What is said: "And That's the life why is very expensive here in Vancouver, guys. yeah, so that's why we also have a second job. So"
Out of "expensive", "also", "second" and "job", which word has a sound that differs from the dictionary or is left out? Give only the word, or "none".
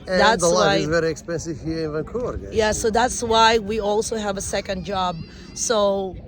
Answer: none